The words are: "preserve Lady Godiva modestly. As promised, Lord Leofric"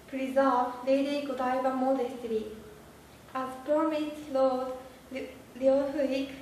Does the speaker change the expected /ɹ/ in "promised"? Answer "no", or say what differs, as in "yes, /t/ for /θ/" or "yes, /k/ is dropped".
yes, /ɹ/ is dropped